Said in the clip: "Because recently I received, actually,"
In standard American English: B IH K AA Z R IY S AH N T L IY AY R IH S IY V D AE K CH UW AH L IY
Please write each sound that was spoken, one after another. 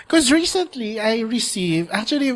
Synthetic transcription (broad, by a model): K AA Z R IY S AH N T L IY AY R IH S IY V AE K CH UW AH L IY